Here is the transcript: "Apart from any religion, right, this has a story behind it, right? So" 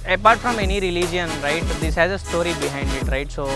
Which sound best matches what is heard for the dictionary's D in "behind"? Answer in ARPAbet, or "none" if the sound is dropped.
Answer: D